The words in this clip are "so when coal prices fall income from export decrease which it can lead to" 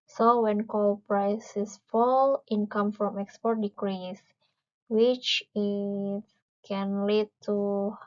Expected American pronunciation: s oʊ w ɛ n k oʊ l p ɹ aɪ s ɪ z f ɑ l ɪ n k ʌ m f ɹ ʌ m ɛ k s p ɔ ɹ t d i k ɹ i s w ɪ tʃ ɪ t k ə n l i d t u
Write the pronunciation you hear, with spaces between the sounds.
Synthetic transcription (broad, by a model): s oʊ w ɛ n k oʊ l p ɹ aɪ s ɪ s f ɑ l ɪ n k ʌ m f ɹ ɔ m ɛ k s p ɔ ɹ t d i k ɹ i s w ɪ tʃ ɪ t k ə n l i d t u